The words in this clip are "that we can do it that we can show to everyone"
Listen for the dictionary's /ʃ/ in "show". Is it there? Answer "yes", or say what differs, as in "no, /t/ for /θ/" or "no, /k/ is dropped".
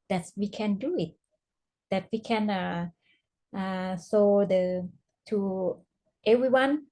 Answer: no, /s/ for /ʃ/